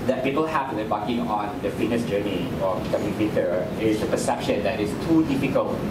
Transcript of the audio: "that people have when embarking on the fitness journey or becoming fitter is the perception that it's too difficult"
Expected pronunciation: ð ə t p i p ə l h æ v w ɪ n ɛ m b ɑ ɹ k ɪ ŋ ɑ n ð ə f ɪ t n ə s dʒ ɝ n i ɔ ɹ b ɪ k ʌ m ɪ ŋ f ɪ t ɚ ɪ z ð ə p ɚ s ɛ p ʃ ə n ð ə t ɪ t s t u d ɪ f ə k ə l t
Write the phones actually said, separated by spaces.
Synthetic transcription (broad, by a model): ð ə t p i p ə l h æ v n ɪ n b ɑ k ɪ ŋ ɑ n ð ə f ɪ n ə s dʒ ɝ n i ɔ ɹ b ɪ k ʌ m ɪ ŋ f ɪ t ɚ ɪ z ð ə p ɚ s ɛ p ʃ ə n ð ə t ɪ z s t u d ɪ f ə k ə l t